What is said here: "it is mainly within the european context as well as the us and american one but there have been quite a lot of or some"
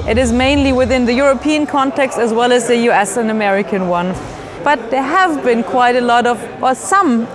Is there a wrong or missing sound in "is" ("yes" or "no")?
no